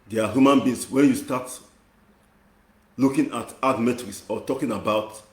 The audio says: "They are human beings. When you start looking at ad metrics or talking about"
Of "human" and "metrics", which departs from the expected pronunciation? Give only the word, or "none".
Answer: metrics